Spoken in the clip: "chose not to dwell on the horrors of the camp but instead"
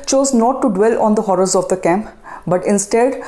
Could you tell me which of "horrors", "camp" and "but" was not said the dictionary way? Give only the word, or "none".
none